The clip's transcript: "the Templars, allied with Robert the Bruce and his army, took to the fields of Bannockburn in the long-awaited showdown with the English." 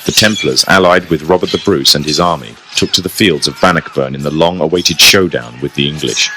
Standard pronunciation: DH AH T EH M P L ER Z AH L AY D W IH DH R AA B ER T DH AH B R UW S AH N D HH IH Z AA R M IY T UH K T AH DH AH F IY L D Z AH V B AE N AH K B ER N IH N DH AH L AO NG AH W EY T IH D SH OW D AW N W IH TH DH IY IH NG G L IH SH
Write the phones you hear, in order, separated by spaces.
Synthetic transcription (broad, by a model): DH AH T EH M P L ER Z AH L AY D W IH DH R AA B ER T DH AH B R UW S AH N IH Z AA R M IY T UH K T AH DH AH F IY L D Z AH V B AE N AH K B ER N IH N DH AH L AO NG AH W EY T IH D SH OW D AW N W IH DH IY IH NG G L IH SH